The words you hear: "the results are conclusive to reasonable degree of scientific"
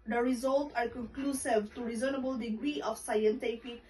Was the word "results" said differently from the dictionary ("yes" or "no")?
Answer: yes